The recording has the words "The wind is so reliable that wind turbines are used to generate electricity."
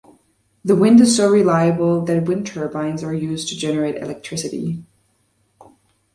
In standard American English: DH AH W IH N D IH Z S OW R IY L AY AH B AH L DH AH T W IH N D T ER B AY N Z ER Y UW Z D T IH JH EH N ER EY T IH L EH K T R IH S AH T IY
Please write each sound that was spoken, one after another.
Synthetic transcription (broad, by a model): DH AH W IH N D IH Z S OW R IY L AY AH B AH L DH AH T W IH N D T ER B AY N Z ER Y UW Z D T IH JH EH N ER EY T IH L EH K T R IH S AH T IY